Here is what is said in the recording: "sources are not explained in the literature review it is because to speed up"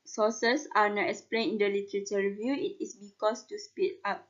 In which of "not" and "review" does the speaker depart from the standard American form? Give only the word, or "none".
none